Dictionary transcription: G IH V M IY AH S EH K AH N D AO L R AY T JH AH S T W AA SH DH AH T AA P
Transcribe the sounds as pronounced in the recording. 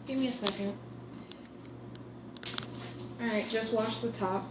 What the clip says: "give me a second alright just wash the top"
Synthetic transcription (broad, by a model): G IH V M IY AH S EH K AH N D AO R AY T JH AH S T W AA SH DH AH T AA P